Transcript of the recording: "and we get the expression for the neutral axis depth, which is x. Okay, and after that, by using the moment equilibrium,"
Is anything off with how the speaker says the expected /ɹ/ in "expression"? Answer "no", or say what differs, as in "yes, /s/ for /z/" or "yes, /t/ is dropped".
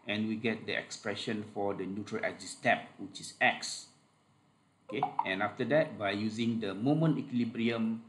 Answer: no